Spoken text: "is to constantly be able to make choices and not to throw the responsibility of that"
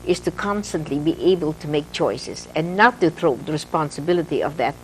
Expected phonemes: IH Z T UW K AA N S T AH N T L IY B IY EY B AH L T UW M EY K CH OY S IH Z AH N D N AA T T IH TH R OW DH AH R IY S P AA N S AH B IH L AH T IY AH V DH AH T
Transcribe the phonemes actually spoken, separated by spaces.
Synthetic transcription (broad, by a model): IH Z T UW K AA N S T AH N T L IY B IY EY B AH L T UW M EY K CH OY S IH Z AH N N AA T T IH TH R OW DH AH R IY S P AA N S AH B IH L AH T IY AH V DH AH T